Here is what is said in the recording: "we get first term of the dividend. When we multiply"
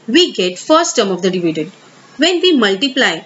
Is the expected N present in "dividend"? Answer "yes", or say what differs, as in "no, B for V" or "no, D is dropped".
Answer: no, N is dropped